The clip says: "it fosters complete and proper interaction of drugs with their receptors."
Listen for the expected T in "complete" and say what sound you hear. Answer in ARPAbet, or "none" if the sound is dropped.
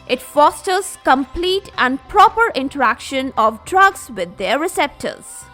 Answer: T